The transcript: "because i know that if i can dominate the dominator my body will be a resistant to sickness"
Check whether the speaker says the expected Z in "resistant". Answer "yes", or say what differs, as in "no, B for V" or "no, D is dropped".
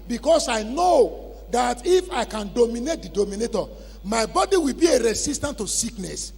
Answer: no, S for Z